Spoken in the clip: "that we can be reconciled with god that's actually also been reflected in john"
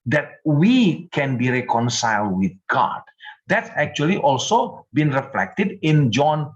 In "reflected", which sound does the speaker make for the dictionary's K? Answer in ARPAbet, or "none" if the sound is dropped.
K